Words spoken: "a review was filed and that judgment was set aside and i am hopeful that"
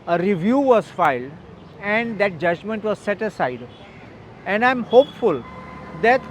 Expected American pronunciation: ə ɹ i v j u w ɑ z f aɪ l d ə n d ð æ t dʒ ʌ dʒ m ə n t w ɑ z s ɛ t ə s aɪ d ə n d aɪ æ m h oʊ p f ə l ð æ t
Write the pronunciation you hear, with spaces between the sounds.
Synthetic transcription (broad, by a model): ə ɹ i v j u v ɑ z f aɪ l d ə n d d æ t dʒ ʌ dʒ m ə n t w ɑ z s ɛ t ə s aɪ d ə n d aɪ m h oʊ p f ə l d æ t